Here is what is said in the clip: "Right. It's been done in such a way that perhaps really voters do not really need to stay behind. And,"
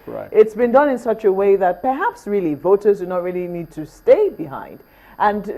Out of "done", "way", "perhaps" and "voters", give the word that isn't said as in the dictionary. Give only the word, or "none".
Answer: none